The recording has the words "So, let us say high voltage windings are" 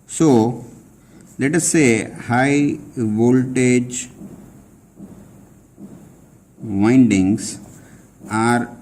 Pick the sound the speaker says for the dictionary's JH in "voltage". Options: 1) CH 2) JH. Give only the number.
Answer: 2